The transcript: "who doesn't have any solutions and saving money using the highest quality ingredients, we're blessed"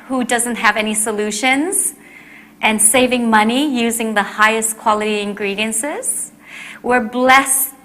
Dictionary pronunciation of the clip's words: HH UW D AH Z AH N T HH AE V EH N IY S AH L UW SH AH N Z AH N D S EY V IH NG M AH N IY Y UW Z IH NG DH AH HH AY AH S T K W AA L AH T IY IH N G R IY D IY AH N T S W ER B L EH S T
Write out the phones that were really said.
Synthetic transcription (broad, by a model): HH UW D AH Z AH N T HH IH V EH N IY S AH L UW SH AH N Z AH N S EY V IH NG M AH N IY Y UW Z IH NG DH AH HH AY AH S K W AA L AH T IY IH N G R IY D IY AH N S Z W ER B L EH S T